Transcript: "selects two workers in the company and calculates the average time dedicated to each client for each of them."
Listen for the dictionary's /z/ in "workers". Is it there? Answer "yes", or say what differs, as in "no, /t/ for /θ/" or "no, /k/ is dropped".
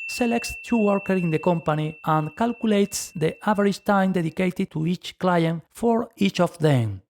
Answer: no, /z/ is dropped